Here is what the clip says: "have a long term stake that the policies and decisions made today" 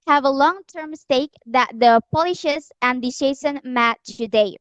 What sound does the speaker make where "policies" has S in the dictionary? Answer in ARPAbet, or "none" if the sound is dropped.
SH